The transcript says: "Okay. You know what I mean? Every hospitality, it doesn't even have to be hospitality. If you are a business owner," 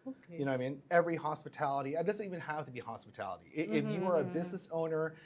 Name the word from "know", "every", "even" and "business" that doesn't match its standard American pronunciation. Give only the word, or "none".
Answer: none